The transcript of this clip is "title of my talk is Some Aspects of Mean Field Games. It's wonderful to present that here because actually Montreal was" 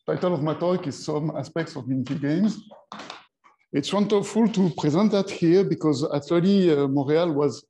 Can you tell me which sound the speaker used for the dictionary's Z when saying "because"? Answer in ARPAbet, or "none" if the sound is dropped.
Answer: Z